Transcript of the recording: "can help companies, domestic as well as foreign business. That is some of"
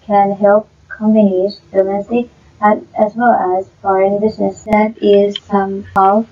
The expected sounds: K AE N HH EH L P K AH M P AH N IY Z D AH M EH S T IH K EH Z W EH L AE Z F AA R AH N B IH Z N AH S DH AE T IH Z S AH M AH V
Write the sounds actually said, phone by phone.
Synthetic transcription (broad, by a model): K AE N HH EH L P K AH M B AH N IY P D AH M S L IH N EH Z W EH L AE Z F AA AH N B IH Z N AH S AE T IH Z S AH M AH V